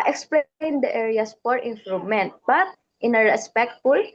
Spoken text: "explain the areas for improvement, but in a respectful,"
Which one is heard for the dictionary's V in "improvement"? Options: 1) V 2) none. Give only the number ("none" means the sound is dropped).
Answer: 2